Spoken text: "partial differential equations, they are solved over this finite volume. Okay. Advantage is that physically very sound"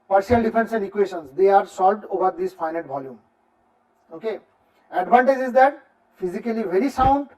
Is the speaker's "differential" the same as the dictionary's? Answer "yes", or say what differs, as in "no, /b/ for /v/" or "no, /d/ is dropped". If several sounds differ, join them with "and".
no, /s/ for /ʃ/